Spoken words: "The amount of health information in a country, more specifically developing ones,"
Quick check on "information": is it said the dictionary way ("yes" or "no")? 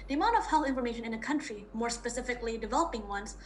yes